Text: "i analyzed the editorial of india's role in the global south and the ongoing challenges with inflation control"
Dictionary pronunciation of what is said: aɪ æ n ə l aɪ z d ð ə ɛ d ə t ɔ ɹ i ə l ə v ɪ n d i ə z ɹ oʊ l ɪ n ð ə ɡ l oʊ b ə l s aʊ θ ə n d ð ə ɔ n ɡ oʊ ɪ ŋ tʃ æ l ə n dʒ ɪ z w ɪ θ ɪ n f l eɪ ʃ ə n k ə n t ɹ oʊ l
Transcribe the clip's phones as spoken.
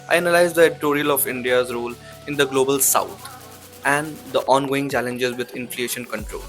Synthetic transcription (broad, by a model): aɪ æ n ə l aɪ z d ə ɛ d ə t ɔ ɹ i ə l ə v ɪ n d i ə z ɹ oʊ l ɪ n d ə ɡ l oʊ b ə l s aʊ t ə n d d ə ɔ n ɡ oʊ ɪ ŋ tʃ æ l ə n dʒ ɪ z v ɪ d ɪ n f l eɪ ʃ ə n k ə n t ɹ oʊ l